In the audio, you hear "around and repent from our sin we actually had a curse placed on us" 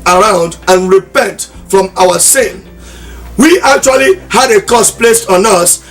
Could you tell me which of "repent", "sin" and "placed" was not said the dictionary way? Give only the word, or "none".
none